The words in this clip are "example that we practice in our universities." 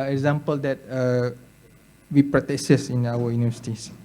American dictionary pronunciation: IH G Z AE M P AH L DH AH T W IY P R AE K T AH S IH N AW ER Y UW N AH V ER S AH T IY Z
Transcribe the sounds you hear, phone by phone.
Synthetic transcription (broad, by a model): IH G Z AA M P AH L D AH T W IY P R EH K S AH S IH N AW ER Y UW N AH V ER S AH T IY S